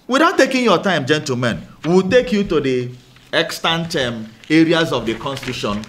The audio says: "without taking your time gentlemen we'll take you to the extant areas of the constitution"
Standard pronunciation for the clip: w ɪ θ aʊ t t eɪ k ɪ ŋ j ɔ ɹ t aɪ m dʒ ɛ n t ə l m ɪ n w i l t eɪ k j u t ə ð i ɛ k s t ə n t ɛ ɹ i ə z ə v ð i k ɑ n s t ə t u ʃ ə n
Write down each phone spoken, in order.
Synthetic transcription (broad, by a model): w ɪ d aʊ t t eɪ k ɪ ŋ j ɔ t aɪ m dʒ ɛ n t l m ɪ n w i l t eɪ k j u t ə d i ɛ k s t ə n t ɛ ɹ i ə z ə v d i k ɑ n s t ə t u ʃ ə n